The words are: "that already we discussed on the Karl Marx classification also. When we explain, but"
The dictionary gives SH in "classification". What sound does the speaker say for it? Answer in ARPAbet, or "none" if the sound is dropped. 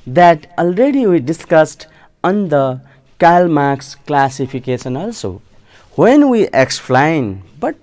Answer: S